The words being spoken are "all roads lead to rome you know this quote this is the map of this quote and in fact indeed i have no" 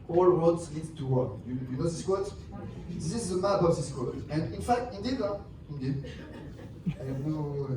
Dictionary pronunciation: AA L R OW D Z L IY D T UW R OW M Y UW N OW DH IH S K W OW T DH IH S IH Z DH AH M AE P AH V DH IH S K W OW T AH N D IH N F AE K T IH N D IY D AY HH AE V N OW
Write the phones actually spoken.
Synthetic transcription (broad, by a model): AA L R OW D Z L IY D T UW W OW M Y UW N OW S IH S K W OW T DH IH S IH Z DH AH M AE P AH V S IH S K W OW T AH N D IH N F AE K T IH N D IY D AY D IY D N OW